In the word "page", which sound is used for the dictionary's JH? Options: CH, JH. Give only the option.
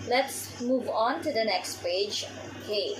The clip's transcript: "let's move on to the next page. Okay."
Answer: JH